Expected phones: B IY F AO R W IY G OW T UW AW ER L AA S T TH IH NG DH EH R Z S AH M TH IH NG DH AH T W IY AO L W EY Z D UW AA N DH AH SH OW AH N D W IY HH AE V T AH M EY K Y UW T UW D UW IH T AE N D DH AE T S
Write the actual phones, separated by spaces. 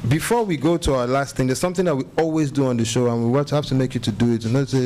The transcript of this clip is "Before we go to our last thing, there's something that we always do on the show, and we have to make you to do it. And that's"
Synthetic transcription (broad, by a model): B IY F AO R W IY G OW T UW AW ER L AA S T TH IH NG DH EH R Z S AH M TH IH NG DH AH T W IY AO L W EY Z D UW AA N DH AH SH OW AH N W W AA HH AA F T AH M EY K Y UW T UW D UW IH T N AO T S